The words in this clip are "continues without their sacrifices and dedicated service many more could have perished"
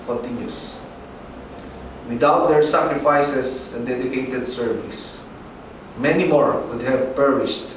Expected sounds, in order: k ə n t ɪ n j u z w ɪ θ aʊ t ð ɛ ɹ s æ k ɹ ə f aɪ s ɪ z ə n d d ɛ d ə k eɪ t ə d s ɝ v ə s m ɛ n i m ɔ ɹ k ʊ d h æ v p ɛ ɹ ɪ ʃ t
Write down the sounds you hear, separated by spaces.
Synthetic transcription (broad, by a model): k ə n t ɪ n j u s w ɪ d aʊ t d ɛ ɹ s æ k ɹ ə f aɪ s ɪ s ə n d d ɛ d ə k eɪ t ə d s ɝ v ə s m ɛ n i m ɔ ɹ k ʊ d h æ v p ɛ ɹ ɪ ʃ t